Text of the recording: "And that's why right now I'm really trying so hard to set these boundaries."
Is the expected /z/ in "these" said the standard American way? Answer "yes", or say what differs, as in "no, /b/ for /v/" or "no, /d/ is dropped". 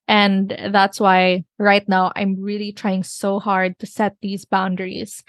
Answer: yes